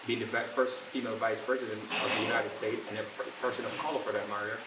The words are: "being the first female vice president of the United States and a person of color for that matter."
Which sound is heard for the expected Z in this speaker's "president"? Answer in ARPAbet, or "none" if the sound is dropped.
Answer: Z